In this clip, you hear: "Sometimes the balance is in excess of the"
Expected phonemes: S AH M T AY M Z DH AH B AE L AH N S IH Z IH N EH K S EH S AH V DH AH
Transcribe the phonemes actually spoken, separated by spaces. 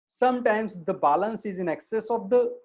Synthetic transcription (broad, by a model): S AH M T AY M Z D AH B AE L AH N S IH Z IH N EH K S EH S AH V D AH